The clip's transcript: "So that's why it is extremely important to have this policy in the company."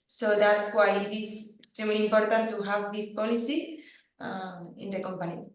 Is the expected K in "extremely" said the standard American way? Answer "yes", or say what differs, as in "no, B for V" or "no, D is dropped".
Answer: no, K is dropped